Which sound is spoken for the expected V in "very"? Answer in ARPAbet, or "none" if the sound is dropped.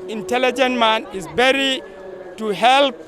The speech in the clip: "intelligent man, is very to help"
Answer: B